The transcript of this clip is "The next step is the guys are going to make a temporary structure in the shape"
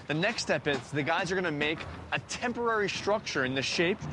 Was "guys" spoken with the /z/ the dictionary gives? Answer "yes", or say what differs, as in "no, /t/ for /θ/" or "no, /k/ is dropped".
yes